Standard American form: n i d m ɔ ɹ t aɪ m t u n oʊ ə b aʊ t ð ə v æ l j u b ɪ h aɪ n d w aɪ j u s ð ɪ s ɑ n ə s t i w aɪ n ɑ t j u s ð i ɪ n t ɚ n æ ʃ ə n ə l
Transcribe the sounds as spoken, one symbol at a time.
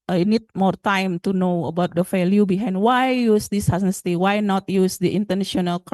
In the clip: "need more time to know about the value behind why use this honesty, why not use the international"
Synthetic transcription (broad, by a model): n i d m ɔ ɹ t aɪ m t u n oʊ ə b aʊ t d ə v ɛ l j u b ɪ h aɪ n d w aɪ j u s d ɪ s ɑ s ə s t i w aɪ n ɑ t j u s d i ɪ n t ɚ n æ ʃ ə n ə l